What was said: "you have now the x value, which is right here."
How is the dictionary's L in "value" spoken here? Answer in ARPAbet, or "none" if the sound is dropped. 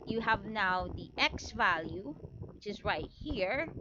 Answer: L